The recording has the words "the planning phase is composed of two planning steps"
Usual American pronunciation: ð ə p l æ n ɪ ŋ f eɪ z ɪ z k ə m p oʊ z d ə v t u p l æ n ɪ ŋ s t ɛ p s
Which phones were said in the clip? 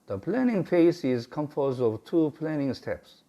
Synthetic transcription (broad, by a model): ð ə p l æ n ɪ ŋ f eɪ s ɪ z k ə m f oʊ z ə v t u p l æ n ɪ ŋ s t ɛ p s